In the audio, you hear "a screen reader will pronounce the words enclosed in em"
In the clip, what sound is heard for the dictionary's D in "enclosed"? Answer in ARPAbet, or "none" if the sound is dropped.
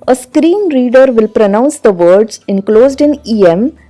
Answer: D